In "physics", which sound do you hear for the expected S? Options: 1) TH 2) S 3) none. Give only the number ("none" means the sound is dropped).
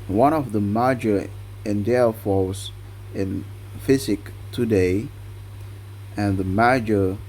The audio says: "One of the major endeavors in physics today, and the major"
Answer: 3